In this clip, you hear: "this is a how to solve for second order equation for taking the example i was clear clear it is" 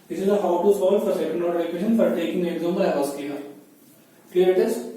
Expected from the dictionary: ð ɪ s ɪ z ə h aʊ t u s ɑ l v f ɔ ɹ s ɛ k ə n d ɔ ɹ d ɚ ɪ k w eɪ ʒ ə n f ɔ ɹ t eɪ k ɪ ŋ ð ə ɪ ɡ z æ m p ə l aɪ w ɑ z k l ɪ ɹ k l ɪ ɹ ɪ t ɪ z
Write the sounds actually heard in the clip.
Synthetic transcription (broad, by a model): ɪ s ɪ z ə h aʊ t u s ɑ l f ɔ ɹ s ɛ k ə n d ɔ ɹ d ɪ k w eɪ ʃ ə n f ɔ ɹ t eɪ k ɪ ŋ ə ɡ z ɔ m b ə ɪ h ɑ s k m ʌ ɹ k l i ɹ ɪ t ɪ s